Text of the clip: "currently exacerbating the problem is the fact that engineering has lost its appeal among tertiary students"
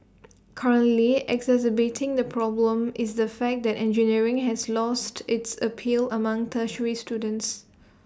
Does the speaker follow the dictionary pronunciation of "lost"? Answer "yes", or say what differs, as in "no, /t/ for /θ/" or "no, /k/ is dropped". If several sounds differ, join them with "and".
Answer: yes